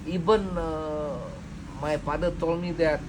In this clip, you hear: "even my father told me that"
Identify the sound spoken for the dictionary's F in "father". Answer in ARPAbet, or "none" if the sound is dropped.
P